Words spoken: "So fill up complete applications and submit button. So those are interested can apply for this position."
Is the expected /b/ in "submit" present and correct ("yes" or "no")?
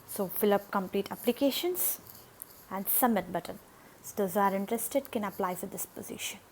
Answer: no